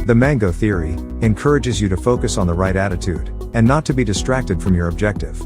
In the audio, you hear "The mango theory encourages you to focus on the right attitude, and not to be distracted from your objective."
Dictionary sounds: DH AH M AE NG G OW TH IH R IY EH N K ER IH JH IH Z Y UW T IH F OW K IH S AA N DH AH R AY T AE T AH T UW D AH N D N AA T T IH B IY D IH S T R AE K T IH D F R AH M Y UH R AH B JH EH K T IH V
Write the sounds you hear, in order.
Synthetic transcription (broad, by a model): DH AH M AE NG G OW TH IH R IY EH N K ER IH JH IH Z Y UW T IH F OW K IH S N DH AH R AY T AE T AH T UW D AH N N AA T T IH B IY D IH S T R AE K T IH D F R AH M Y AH R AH B JH EH K T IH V